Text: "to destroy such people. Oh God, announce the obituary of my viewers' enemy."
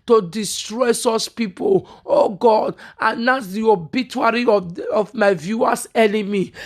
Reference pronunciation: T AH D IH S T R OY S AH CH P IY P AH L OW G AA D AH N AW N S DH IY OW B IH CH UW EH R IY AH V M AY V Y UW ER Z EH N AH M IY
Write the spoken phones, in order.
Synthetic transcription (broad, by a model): T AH D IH S T R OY S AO S P IY P AH L OW G AA D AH N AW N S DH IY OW B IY CH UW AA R IY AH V M AY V Y UW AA S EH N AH M IY